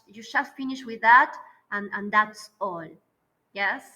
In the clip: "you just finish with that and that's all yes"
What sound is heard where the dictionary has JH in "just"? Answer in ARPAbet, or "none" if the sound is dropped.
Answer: SH